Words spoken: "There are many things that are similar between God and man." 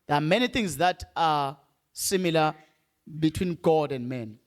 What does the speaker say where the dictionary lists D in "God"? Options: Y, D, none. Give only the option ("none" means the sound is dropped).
D